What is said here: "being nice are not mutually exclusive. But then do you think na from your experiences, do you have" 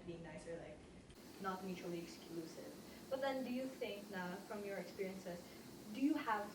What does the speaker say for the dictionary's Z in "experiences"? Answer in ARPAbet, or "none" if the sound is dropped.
S